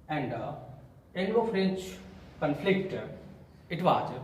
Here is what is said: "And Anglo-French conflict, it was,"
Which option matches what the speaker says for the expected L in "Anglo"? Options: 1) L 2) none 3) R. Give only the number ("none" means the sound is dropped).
2